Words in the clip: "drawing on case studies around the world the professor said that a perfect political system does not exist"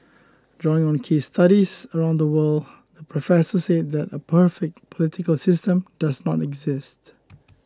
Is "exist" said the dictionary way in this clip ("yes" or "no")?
yes